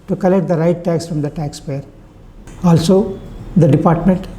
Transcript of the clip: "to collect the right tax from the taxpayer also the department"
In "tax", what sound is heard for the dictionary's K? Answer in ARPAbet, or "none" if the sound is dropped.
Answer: K